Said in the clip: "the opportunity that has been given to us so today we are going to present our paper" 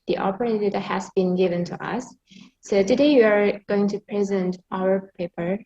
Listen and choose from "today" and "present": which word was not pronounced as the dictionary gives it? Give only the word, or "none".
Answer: none